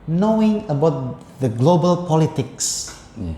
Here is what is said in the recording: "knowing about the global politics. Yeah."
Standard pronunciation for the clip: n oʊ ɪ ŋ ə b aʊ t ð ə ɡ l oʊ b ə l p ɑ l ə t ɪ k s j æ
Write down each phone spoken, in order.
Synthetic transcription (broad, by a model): n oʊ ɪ ŋ ə b aʊ t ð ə ɡ l oʊ b ə l p ɑ l ə t ɪ k s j